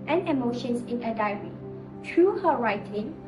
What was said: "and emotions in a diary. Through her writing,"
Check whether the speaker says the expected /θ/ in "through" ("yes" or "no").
no